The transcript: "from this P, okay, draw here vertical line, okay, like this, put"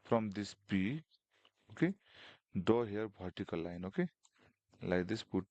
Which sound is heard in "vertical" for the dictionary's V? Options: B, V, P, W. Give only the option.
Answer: B